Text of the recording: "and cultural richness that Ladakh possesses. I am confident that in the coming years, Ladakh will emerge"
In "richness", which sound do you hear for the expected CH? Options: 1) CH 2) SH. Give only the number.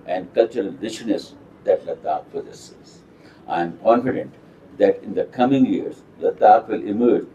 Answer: 2